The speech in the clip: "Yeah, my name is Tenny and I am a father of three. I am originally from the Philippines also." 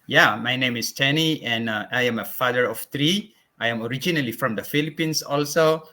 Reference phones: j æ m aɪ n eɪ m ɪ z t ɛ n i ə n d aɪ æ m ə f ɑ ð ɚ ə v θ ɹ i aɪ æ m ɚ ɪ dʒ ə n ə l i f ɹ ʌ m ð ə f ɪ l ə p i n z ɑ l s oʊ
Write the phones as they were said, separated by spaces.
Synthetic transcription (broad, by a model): j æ m aɪ n eɪ m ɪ s t ɛ n i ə n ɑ aɪ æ m ə f ɑ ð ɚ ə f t ɹ i aɪ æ m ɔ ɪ dʒ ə n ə l i f ɹ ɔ m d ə f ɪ l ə p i n s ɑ l s oʊ